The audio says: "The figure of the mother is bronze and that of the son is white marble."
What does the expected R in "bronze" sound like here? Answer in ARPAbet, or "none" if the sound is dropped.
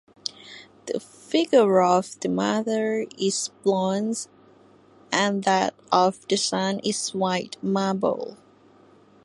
L